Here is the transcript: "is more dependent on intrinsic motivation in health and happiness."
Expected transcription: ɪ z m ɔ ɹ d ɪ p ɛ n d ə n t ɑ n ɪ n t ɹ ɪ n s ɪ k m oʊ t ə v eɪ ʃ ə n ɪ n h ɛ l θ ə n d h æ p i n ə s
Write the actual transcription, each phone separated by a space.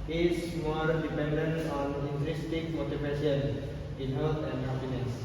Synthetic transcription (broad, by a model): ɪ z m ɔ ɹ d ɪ p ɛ n d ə n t ɑ n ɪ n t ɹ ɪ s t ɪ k m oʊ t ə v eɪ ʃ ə n ɪ n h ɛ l t ə n d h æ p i n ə s